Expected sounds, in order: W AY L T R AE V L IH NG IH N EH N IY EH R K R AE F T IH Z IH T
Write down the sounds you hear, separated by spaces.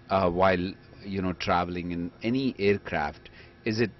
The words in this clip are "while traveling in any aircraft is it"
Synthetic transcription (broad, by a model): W AY L T R AE V L IH NG IH N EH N IY EH R K R AE F T IH Z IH T